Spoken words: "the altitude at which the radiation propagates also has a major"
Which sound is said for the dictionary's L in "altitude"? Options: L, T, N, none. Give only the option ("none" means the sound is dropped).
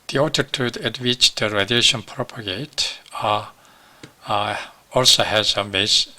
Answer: none